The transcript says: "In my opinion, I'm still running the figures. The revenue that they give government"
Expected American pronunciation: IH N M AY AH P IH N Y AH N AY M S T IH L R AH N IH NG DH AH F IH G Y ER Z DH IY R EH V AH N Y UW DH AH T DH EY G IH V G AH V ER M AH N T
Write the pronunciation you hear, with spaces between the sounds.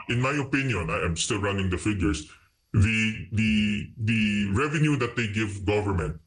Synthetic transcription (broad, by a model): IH N M AY AH P IH N Y AH N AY M S T IH L R AH N IH NG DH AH F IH G Y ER S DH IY R EH V AH N Y UW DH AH T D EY G IH V G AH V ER M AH N T